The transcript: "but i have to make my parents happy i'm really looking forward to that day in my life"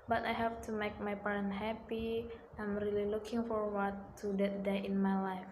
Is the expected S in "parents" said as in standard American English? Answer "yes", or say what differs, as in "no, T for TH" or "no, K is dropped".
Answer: no, S is dropped